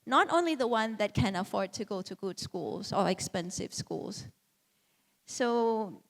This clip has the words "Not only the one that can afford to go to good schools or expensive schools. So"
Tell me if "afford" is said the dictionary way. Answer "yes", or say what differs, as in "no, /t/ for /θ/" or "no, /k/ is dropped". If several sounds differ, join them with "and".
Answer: yes